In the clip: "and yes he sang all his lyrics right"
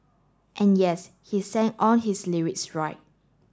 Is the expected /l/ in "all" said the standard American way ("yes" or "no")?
no